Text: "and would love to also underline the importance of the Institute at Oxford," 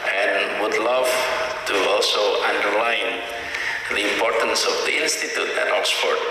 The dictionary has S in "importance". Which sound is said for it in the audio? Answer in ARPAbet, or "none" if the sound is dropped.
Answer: S